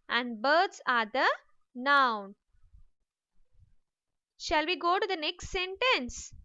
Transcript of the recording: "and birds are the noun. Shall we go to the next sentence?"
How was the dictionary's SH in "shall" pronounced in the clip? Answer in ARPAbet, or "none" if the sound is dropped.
SH